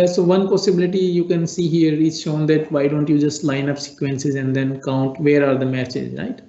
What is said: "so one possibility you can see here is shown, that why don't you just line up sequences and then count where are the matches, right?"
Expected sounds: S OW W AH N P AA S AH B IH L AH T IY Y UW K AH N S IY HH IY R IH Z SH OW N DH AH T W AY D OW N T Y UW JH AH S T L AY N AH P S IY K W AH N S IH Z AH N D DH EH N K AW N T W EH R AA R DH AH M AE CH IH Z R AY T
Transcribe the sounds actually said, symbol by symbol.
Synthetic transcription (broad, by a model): S OW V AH N P AA S AH B IH L AH T IY Y UW K AH N S IY HH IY R IH Z SH OW N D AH T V AY D OW N T Y UW JH AH S T L AY N AH P S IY K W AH N S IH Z AH N D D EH N K AW N T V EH R AA R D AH M AE CH IH Z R AY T